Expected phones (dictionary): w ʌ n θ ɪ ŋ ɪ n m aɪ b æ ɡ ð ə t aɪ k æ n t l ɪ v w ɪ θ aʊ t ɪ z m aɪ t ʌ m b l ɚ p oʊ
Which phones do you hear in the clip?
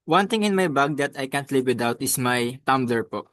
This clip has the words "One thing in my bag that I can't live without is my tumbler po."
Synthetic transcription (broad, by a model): w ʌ n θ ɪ ŋ ɪ n m aɪ b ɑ ɡ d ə t aɪ k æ n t l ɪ p w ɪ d aʊ t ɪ s m aɪ t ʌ m b l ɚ p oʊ